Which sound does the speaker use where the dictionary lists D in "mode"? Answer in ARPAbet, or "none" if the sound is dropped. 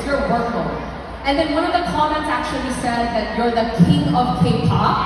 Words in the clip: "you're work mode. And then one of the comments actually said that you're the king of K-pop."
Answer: none